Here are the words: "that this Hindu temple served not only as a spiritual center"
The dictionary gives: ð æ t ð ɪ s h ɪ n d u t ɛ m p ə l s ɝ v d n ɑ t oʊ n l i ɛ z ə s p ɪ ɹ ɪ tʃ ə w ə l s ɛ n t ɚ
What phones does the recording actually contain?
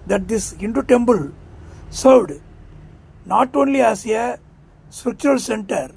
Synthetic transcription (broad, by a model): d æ t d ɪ s h ɪ n d u t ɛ m b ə l s ɝ v d n ɑ t oʊ n l i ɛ s ə s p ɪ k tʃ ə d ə l s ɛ n t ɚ